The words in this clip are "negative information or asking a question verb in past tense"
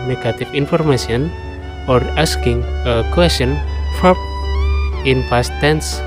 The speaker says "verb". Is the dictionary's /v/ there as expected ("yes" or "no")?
no